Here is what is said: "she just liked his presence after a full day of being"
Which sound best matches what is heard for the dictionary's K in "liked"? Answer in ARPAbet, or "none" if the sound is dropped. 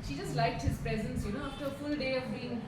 K